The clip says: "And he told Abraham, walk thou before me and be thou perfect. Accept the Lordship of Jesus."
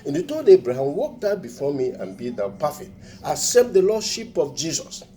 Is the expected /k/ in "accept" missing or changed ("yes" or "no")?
yes